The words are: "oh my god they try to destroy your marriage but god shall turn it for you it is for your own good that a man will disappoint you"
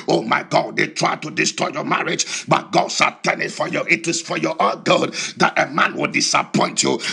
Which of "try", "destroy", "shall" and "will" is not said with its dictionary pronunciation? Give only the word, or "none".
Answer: shall